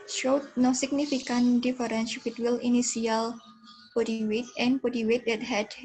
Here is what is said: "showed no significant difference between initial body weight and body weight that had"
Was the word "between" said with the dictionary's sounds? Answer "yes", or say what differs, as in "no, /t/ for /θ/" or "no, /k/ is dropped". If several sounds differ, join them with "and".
no, /l/ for /n/